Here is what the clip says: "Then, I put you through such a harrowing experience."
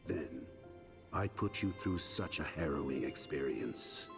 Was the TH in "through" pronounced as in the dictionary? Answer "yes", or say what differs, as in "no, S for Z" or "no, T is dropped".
yes